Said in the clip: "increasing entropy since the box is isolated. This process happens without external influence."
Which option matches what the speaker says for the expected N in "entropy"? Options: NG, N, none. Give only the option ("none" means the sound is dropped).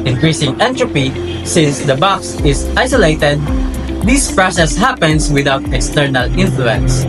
N